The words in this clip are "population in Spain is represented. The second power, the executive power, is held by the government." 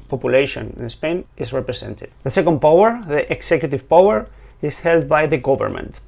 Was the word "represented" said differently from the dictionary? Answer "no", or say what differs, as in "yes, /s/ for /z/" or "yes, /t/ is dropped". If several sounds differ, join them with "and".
yes, /s/ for /z/